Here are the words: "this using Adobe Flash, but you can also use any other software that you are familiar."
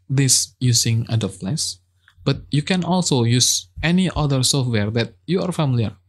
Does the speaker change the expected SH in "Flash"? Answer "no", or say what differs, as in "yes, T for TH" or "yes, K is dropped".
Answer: yes, S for SH